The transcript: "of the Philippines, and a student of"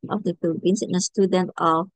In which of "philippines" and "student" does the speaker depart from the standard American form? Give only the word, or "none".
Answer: philippines